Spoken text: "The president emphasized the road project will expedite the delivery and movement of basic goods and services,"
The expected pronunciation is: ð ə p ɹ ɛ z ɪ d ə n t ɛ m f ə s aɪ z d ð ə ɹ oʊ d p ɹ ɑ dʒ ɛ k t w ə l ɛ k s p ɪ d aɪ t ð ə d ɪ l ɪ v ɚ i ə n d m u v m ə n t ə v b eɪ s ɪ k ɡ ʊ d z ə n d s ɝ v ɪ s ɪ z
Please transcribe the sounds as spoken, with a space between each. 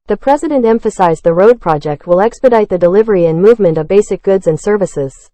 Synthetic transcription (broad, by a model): ð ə p ɹ ɛ z ɪ d ə n t ɛ m f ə s aɪ z ð ə ɹ oʊ d p ɹ ɑ dʒ ɛ k t w ə l ɛ k s p ɪ d aɪ t ð ə d ɪ l ɪ v ɚ i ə n m u v m ə n t ə v b eɪ s ɪ k ɡ ʊ d z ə n s ɝ v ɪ s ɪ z